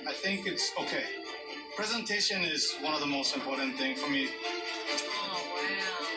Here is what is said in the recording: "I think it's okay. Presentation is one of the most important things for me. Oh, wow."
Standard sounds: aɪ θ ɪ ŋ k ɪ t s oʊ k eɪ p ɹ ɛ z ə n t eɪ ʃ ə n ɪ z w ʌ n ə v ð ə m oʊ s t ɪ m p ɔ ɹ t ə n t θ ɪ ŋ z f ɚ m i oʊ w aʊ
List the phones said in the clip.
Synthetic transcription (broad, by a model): aɪ θ ɪ ŋ k ɪ t s oʊ k eɪ p ɹ ɛ z ə n t eɪ ʃ ə n ɪ z w ʌ n ə v ð ə m oʊ s t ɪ m p ɔ ɹ t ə n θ ɪ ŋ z f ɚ m i